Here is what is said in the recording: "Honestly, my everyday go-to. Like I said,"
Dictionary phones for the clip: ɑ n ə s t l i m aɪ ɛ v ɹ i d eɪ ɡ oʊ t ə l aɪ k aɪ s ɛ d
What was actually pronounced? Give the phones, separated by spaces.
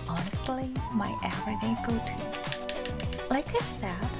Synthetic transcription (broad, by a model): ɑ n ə s t l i m aɪ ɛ ɹ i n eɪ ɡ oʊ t l aɪ k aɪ s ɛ